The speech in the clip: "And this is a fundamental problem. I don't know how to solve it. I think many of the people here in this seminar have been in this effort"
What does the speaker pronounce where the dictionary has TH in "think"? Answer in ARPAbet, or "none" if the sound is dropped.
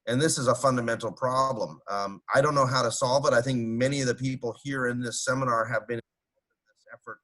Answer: TH